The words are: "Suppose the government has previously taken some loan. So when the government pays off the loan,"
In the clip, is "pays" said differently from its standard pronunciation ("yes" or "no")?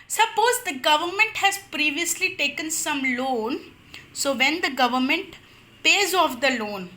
no